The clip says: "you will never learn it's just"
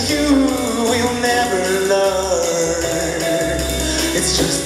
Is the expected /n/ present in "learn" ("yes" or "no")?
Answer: no